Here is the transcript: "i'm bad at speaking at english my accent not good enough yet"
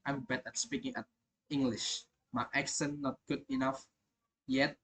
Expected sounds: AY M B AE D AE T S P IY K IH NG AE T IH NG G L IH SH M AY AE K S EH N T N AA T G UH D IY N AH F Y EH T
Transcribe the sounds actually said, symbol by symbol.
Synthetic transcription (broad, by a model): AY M B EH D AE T S P IY K IH NG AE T IH NG G L IH SH M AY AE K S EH N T N AA T G UH D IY N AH F Y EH T